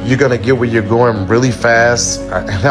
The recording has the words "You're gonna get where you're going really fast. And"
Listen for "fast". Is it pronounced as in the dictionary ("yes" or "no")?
yes